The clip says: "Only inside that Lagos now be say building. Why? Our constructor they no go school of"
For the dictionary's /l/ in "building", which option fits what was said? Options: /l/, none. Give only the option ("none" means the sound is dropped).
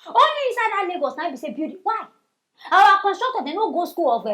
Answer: none